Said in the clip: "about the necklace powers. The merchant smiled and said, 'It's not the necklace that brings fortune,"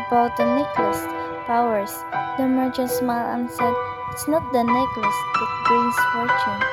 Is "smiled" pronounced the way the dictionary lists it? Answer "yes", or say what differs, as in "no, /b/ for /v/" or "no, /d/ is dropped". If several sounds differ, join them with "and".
no, /d/ is dropped